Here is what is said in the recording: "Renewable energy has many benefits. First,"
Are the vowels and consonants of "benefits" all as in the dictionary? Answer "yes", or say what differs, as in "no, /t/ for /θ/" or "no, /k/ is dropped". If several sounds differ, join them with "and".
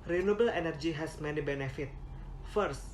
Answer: no, /s/ is dropped